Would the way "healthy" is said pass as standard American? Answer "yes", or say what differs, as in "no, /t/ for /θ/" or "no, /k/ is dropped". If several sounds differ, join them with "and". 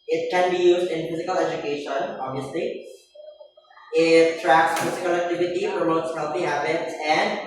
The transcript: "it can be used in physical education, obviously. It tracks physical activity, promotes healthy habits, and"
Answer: no, /f/ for /θ/